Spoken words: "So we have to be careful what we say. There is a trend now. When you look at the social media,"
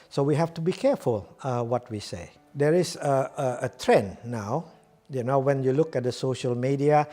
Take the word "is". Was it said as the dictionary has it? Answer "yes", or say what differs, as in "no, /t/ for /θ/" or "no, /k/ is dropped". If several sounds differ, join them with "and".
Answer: no, /s/ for /z/